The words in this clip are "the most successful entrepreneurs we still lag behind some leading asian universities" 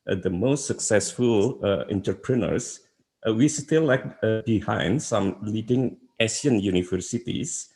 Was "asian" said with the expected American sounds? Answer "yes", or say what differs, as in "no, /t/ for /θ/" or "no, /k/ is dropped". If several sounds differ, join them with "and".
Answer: no, /s/ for /ʒ/